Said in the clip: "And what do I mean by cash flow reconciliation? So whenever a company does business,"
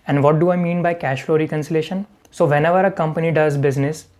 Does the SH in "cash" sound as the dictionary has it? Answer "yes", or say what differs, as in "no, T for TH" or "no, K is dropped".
yes